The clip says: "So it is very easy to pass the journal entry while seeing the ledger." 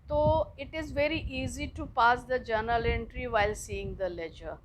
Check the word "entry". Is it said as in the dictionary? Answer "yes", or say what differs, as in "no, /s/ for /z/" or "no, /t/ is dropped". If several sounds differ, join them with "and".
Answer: yes